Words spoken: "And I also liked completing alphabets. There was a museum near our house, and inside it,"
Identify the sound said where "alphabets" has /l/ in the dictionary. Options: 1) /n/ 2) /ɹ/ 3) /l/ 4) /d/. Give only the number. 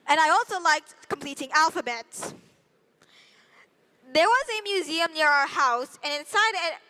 3